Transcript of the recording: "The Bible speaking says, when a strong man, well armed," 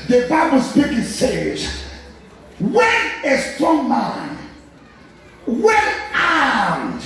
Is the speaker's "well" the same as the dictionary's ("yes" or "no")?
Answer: no